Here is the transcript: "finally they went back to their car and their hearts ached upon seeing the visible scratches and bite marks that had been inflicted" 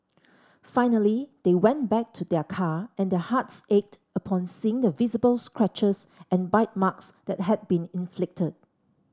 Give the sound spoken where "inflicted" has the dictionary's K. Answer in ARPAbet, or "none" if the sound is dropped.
K